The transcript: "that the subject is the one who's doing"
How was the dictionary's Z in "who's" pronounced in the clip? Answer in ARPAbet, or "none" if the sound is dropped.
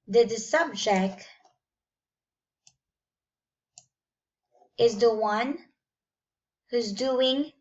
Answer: Z